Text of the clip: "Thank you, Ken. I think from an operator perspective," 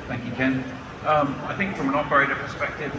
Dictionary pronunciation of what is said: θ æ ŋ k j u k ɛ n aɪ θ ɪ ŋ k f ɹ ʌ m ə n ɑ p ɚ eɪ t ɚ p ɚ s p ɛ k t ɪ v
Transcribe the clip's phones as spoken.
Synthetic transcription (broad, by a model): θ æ ŋ k j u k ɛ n aɪ θ ɪ ŋ k f ɹ ʌ m ə n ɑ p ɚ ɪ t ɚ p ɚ s p ɛ k t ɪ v